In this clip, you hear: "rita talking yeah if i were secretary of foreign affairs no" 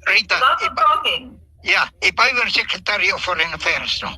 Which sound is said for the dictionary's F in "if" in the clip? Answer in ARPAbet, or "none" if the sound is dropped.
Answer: P